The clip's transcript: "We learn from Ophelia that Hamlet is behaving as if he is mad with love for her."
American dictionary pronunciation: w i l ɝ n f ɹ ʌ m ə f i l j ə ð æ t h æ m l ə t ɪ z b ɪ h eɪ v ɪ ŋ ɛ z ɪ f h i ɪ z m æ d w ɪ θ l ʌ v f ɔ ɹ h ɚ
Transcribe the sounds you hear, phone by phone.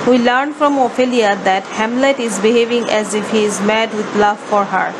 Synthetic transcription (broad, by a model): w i l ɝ n f ɹ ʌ m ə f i l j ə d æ t h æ m l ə t ɪ z b ɪ h eɪ v ɪ ŋ ɛ z ɪ f h i ɪ z m æ d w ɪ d l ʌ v f ɔ ɹ h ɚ